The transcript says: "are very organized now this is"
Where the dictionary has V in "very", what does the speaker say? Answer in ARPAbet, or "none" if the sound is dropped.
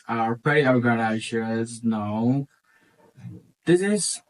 P